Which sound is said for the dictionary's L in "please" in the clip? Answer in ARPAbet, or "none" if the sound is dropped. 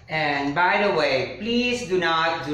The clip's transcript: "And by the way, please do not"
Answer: L